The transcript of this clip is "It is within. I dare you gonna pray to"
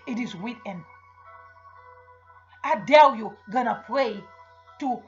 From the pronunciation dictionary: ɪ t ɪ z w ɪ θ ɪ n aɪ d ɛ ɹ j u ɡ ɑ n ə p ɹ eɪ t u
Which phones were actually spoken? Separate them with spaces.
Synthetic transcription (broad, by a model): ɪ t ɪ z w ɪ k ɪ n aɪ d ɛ l j u ɡ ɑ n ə p ɹ eɪ t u